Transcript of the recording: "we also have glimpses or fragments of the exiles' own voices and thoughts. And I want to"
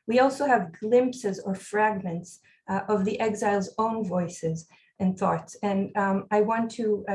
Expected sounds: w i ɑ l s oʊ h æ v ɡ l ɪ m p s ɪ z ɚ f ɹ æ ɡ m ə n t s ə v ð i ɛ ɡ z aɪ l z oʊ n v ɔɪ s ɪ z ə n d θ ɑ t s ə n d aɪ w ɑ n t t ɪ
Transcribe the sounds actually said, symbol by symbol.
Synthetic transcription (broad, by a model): w i ɑ l s oʊ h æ v ɡ l ɪ m p s ɪ z ɚ f ɹ æ ɡ m ə n t s ə v ð i ɛ ɡ z aɪ l z oʊ n v ɔɪ s ɪ z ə n θ ɑ t s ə n aɪ w ɑ n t t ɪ